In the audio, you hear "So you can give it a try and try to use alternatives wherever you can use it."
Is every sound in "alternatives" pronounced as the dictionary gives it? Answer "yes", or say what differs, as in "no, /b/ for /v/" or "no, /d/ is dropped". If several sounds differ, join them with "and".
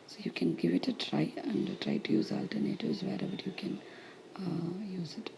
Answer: yes